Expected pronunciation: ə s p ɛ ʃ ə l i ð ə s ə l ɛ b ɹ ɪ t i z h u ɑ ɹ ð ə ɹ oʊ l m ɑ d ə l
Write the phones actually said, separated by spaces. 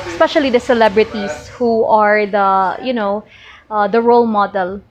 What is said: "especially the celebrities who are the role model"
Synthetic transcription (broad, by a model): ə s p ɛ ʃ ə l i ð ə s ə l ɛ b ɹ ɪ t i s h u ɑ ɹ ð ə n oʊ l m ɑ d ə l